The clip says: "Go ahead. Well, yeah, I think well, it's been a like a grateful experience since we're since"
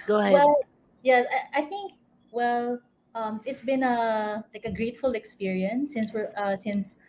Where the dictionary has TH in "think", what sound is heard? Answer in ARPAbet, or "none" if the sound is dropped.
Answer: TH